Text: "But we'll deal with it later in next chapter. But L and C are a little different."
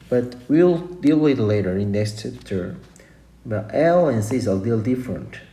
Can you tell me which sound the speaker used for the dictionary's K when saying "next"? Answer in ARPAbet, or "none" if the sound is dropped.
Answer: none